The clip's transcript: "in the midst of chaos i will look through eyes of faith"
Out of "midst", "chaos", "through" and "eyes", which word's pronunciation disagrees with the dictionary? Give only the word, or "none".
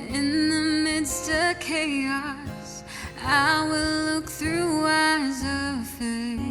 none